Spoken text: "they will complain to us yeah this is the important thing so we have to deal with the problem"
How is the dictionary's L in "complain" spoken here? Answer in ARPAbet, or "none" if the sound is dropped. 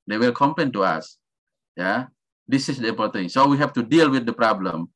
none